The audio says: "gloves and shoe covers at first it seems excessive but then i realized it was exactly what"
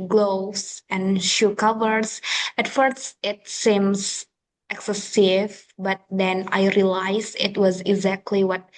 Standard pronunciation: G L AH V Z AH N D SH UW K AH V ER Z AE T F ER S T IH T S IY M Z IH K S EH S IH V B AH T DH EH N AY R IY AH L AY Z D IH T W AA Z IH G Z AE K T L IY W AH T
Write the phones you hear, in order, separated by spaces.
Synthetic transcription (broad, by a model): G L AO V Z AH N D SH UW K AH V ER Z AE T F ER S T IH T S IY M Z IH K S EH S IH V B AH T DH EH N AY R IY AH L AY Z IH T W AA Z IH G Z AE K T L IY W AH T